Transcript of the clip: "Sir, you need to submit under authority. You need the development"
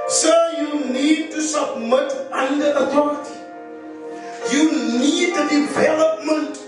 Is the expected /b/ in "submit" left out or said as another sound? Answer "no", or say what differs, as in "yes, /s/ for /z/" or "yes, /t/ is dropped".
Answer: no